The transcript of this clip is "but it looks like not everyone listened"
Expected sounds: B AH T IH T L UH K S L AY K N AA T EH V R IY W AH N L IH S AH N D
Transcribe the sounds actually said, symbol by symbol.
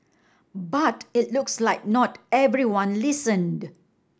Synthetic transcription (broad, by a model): B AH T IH T L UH K S L AY K N AA T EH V R IY W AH N L IH S AH N D